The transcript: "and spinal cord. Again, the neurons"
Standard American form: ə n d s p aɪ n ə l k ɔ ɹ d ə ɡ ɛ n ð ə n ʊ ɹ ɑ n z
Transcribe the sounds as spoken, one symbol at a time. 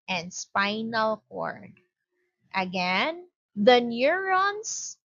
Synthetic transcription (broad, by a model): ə n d s p aɪ n ə l k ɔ ɹ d ə ɡ ɛ n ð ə n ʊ ɹ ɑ n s